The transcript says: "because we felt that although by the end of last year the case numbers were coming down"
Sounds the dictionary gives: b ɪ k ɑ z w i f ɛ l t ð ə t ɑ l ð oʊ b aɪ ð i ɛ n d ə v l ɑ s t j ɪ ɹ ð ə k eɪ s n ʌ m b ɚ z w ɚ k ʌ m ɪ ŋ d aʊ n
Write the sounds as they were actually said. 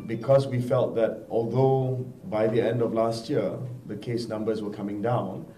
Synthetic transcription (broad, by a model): b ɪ k ɑ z w i f ɛ l t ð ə t ɑ l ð oʊ b aɪ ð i ɛ n d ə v l ɑ s t j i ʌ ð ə k eɪ s n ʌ m b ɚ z w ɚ k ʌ m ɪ ŋ d aʊ n